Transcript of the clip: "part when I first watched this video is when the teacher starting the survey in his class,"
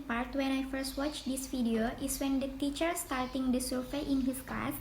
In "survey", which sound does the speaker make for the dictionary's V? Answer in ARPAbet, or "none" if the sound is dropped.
F